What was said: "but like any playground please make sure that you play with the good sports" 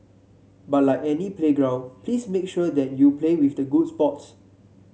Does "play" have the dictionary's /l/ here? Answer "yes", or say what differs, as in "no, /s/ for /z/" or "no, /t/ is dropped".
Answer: yes